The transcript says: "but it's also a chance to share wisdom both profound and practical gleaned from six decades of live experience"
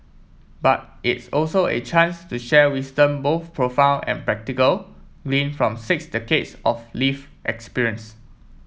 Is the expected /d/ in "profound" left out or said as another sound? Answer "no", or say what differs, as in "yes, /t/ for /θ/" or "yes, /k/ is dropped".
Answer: yes, /d/ is dropped